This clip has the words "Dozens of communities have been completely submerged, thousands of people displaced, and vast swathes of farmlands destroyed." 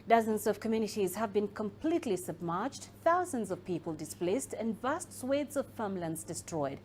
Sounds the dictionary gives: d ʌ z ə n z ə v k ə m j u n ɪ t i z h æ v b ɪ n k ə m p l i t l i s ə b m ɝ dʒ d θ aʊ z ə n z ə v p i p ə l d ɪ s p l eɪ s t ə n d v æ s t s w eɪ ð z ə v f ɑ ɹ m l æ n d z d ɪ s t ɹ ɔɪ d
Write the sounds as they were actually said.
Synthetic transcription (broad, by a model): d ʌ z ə n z ə v k ə m j u n ɪ t i z h æ v b ɪ n k ə m p l i t l i s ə b m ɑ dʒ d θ aʊ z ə n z ə v p i p ə l d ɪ s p l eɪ s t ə n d v æ s t s w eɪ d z ə v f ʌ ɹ m l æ n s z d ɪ s t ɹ ɔɪ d